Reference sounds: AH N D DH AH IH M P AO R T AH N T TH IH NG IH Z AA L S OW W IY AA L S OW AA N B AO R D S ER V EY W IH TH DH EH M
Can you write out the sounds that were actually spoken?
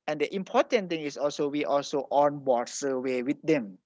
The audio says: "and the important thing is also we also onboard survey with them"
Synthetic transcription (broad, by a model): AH N D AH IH M P AO T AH N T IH NG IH S AA L S OW W IY AA L S OW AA N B AO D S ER W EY W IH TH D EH M